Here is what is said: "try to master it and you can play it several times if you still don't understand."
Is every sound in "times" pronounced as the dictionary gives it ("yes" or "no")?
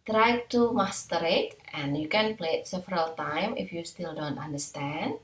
no